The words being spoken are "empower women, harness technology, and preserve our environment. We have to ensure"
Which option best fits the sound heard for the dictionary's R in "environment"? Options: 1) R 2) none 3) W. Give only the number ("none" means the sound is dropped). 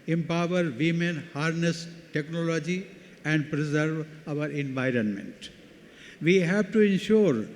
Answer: 1